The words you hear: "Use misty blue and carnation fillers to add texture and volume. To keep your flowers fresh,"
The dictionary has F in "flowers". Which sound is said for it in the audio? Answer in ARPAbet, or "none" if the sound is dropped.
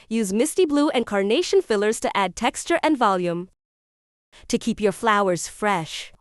F